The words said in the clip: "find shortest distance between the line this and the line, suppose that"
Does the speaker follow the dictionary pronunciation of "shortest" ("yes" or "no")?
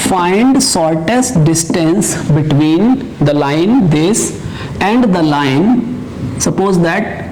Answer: no